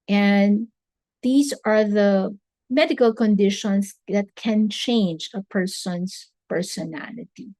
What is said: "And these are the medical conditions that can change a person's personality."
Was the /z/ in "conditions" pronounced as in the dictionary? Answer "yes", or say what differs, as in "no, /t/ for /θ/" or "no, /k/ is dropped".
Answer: no, /s/ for /z/